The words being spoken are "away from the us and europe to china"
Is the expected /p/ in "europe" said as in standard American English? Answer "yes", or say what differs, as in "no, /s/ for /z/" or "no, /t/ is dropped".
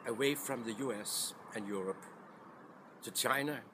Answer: yes